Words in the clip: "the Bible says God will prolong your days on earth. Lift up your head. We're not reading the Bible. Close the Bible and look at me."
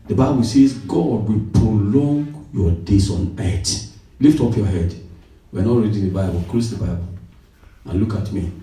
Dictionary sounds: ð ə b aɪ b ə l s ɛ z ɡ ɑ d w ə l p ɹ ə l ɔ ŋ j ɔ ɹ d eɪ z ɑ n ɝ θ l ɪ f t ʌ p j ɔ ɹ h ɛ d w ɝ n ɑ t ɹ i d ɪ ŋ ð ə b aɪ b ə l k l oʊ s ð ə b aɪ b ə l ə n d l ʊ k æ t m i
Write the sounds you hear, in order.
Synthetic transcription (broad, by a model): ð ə b aɪ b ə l s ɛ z ɡ ɑ d w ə p ɹ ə l ɔ ŋ j ɔ d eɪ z ɑ n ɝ t l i f t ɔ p j ɔ h ɛ d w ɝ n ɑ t ɹ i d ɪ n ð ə b aɪ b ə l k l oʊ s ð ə b aɪ b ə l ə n l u k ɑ t m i